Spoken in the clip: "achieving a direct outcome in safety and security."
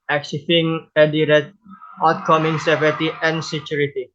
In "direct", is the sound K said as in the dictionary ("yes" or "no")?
no